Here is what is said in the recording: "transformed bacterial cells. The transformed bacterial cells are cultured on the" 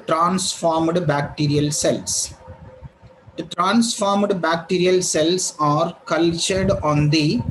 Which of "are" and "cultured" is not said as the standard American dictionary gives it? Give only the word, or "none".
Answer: none